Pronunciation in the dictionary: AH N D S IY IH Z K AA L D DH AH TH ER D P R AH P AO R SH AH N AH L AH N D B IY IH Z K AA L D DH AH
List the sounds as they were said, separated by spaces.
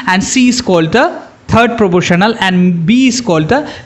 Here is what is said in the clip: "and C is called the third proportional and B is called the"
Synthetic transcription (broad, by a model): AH N D S IY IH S K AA L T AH T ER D P R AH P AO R SH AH N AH L AH N D B IY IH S K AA L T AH